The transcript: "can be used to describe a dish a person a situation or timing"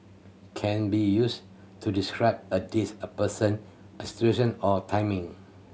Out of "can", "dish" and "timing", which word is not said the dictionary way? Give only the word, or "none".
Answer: dish